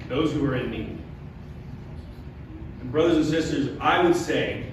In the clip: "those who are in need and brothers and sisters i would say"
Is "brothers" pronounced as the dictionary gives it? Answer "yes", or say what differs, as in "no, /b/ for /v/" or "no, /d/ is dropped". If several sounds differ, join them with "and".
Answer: yes